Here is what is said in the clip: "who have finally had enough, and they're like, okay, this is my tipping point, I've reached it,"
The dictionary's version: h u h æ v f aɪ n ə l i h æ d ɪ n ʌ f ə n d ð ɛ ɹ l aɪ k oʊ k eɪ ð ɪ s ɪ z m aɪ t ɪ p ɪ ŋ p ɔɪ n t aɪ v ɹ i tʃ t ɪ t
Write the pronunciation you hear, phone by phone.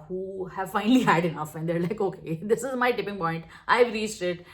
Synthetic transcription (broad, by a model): h u h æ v f aɪ n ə l i h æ d ɪ n ʌ f ə n d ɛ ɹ l aɪ k oʊ k eɪ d ɪ s ɪ z m aɪ t ɪ p ɪ ŋ p ɔɪ n t aɪ v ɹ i s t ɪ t